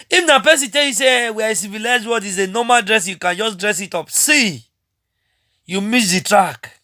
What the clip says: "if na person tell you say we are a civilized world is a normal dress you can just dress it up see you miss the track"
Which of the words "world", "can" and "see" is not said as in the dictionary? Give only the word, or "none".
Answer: world